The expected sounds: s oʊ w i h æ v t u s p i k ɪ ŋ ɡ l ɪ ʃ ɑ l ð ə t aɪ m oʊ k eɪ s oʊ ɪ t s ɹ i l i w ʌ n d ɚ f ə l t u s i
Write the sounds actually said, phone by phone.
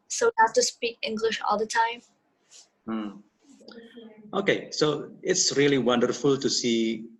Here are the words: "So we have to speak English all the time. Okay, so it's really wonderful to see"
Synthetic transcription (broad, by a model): s oʊ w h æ f t u s p i k ɪ ŋ ɡ l ɪ ʃ ɑ l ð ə t aɪ m oʊ k eɪ s oʊ ɪ t s ɹ i l i w ʌ n d ɚ f ə l t u s i